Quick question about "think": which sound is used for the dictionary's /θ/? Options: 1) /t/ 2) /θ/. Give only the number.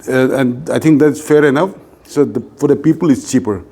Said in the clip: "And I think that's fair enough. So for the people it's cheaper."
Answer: 1